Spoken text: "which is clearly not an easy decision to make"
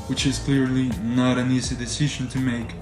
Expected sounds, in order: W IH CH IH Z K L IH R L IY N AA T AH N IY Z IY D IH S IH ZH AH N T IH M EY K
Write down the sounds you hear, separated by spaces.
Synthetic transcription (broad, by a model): W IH CH IH Z K L IH R L IY N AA T AH N IY Z IY D IH S IH ZH AH N T IH M EY K